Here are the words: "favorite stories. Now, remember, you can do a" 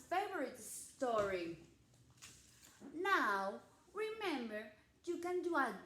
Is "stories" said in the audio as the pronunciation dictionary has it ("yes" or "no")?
no